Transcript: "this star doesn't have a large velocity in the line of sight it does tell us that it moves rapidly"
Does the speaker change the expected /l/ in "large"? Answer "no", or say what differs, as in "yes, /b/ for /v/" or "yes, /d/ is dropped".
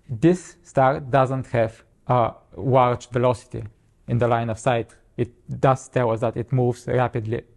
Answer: yes, /w/ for /l/